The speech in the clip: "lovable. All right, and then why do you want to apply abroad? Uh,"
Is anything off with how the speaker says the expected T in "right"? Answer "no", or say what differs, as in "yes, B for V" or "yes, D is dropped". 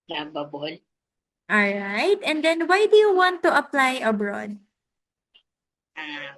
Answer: no